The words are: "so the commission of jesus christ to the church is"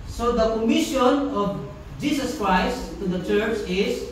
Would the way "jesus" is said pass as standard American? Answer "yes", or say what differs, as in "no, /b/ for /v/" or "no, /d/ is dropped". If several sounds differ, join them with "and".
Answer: no, /s/ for /z/